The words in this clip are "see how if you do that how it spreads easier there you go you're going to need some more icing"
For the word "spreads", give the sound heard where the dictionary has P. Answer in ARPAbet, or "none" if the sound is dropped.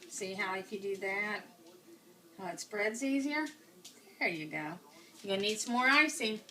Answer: B